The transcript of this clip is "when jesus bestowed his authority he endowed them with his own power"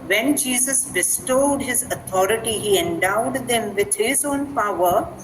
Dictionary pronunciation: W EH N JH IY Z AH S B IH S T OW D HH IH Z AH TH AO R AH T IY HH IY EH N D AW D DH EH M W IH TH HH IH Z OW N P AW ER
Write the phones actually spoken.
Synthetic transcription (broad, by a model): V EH N JH IY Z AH S B IH S T OW D HH IH Z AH T AO R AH T IY HH IY EH N D AW D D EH M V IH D HH IH Z OW N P AW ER